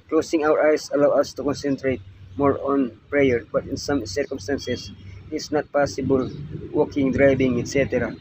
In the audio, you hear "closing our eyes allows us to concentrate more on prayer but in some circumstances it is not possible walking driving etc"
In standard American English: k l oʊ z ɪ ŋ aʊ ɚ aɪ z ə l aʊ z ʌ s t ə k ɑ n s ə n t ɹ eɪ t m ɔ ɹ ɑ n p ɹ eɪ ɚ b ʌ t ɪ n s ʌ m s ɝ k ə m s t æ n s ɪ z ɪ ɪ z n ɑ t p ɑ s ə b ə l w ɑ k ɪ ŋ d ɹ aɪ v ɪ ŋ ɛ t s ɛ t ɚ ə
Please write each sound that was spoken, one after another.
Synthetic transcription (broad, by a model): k l oʊ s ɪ ŋ aʊ ɚ aɪ s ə l aʊ ʌ s t ə k ɑ n s ə n t ɹ eɪ t m ɔ ɹ ɑ n p ɹ eɪ ɚ b ʌ t ɪ n s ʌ m s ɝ k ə m s t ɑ n s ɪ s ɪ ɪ s n ɑ t p ɑ s ə b ə l w ɑ k ɪ ŋ d ɹ aɪ b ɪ ŋ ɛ t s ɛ t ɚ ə